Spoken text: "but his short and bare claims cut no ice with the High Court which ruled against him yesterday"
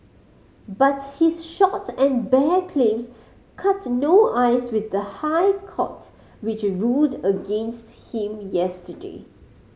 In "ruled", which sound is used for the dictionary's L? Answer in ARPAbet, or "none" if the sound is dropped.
none